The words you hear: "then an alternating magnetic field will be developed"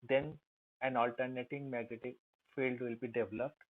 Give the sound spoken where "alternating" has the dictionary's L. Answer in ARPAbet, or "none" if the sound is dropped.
L